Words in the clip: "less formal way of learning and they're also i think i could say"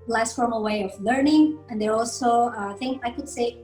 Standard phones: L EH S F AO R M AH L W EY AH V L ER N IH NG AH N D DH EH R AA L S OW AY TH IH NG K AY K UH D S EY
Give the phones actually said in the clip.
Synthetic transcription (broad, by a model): L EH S F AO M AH W EY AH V L ER N IH NG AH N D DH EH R AA L S OW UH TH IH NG AY K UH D S EY